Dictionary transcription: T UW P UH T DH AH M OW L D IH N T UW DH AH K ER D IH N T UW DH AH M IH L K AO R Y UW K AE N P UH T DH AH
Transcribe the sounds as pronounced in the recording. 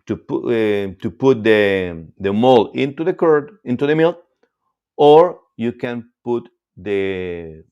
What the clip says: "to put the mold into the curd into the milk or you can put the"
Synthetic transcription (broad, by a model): T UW P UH T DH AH M OW L IH N T UW DH AH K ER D IH N T UW DH AH M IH L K AO R Y UW K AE N P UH T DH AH